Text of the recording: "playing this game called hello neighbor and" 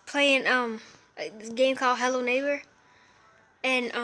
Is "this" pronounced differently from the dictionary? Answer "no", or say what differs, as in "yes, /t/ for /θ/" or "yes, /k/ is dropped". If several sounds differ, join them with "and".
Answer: yes, /s/ is dropped